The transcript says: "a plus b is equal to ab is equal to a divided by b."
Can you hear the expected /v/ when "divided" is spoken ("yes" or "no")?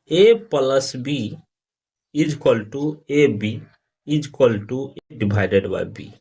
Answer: no